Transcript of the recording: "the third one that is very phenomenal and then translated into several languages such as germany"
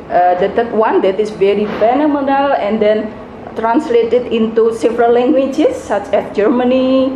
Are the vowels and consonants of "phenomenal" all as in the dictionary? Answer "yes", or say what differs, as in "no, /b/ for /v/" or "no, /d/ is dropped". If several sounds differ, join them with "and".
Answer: yes